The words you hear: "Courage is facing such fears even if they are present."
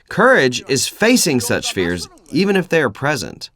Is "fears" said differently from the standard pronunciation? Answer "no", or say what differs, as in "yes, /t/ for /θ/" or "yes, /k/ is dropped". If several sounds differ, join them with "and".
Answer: no